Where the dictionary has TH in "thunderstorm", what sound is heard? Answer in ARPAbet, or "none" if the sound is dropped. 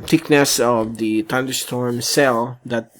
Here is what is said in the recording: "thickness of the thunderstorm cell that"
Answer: T